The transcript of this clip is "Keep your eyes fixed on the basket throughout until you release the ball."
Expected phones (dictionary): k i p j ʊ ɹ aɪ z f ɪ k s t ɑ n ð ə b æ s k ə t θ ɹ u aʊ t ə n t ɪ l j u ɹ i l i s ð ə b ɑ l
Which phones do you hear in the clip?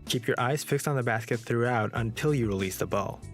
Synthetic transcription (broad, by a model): k i p j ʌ ɹ aɪ z f ɪ k s t n ð ə b æ s k ə t θ ɹ u aʊ t ə n t ɪ l j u ɹ i l i s ð ə b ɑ l